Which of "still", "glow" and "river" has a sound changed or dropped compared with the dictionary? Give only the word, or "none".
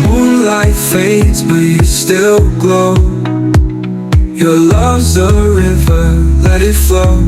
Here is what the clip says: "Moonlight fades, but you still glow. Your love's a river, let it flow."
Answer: none